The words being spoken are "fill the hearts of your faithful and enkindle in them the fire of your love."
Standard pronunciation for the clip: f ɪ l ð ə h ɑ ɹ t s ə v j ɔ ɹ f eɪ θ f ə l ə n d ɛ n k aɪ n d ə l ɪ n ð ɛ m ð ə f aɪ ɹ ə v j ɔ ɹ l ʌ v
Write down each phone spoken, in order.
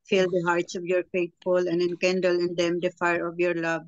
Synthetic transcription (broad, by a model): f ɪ l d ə h ɑ ɹ t s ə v j ɔ ɹ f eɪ t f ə l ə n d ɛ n k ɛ n d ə l ɪ n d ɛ m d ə f aɪ ɹ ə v j ɔ ɹ l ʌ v